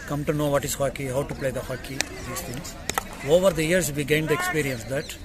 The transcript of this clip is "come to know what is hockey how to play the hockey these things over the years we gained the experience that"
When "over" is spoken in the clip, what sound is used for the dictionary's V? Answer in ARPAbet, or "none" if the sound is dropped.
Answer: V